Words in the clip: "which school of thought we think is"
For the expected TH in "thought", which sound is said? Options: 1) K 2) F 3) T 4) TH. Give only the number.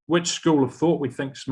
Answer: 4